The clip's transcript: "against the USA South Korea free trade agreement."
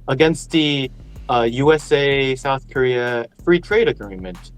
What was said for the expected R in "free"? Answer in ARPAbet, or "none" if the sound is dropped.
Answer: R